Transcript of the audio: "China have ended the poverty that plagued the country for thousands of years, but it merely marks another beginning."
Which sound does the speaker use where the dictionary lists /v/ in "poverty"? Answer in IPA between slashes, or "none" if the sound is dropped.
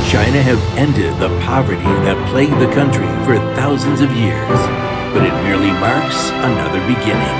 /v/